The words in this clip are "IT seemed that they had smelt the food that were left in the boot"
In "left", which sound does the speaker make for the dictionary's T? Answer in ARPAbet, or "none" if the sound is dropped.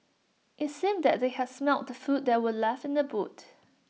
none